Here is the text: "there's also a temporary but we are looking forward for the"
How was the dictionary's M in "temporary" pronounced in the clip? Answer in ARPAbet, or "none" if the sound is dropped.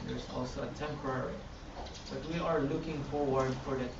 M